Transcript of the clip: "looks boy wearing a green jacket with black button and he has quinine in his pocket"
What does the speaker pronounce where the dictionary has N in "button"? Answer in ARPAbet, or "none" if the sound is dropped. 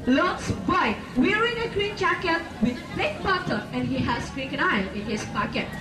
none